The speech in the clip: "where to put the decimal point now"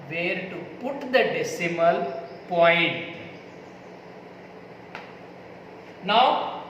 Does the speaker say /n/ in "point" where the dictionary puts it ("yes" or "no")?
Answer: yes